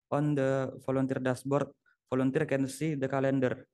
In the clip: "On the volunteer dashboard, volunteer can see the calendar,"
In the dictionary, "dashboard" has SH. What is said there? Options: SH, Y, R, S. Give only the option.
S